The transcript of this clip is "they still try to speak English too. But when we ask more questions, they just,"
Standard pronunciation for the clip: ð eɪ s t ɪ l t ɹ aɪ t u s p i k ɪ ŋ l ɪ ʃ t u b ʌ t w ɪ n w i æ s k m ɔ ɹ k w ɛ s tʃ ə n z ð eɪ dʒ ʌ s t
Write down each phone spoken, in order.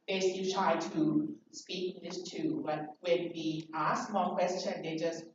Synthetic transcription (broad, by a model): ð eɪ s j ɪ t ɹ aɪ t u s p i k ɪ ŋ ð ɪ s t u b ʌ t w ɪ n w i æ s m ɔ l k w ɛ s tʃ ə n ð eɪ dʒ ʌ s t